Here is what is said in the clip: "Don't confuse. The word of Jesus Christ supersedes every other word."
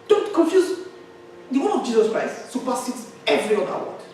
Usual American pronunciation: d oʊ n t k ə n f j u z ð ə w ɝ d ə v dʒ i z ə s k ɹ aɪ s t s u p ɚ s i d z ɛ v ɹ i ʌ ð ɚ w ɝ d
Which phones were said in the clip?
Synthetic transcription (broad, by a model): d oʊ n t k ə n f j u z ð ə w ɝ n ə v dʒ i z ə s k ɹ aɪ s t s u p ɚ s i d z ɛ v ɹ i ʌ ɚ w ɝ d